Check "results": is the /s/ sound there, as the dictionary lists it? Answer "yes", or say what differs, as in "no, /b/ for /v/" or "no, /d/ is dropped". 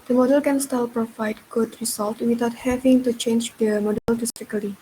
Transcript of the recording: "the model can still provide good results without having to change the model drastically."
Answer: no, /s/ is dropped